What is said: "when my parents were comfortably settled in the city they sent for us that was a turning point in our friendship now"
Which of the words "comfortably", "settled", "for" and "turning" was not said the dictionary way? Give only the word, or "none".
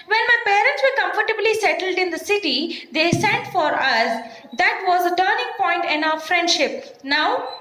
none